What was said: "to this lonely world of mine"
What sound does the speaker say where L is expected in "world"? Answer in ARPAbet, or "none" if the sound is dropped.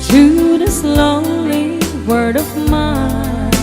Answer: none